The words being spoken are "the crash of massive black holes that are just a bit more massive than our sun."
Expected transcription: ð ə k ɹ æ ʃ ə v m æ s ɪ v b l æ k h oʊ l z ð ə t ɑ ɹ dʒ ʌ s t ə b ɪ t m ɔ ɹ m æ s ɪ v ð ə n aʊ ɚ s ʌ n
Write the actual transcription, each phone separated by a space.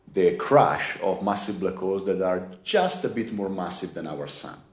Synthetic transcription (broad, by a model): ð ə k ɹ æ ʃ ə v m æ s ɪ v b l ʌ k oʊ z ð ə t ɑ ɹ dʒ ʌ s t ə b ɪ t m ɔ ɹ m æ s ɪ v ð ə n aʊ ɚ s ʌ n